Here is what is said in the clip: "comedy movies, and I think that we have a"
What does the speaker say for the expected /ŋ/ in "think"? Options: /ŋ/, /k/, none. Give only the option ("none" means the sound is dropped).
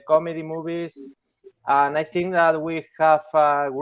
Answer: /ŋ/